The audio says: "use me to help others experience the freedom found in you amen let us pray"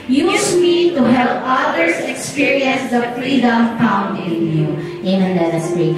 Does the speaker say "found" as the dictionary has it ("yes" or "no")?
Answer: no